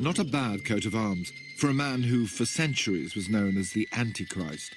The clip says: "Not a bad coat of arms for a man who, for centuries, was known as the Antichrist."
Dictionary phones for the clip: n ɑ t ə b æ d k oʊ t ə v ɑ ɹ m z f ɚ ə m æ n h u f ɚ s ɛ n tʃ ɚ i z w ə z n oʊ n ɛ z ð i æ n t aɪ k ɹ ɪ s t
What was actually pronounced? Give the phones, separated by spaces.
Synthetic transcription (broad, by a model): n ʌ t ə b æ d k oʊ t ə v ɑ ɹ m z f ɚ ə m æ n h u f ɚ s ɛ n tʃ ɚ i z w ə z n oʊ n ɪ z ð i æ n t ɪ k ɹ ɪ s t